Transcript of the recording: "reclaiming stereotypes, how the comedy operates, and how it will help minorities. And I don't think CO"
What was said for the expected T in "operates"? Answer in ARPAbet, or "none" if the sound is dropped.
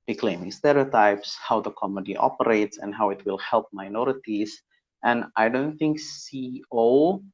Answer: T